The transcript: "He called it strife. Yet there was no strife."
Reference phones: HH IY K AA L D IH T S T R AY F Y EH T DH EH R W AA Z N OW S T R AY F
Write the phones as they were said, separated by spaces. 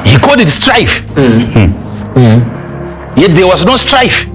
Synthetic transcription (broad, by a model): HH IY K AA D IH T S T R AY F Y EH T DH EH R W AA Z N OW S T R AY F